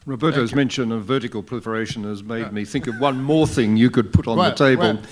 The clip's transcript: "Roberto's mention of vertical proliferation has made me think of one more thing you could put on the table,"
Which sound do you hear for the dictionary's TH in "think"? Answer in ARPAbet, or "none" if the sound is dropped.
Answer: TH